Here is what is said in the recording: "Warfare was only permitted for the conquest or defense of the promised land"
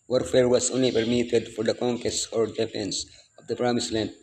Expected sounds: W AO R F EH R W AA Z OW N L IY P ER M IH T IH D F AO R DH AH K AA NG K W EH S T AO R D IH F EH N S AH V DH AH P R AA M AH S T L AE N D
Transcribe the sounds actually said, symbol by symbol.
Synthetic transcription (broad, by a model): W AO R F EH R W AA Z OW N L IY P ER M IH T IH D F AO R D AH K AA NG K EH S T AO R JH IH P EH N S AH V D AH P R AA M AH S L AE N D